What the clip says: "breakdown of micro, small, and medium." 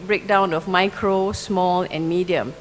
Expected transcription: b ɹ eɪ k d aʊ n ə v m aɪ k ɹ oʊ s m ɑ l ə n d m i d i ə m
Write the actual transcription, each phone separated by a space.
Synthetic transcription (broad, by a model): b ɹ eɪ k d aʊ n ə f m aɪ k ɹ oʊ s m ɑ l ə n m i d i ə m